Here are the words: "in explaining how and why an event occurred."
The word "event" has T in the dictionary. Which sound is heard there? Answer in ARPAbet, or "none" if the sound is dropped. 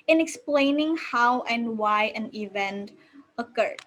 T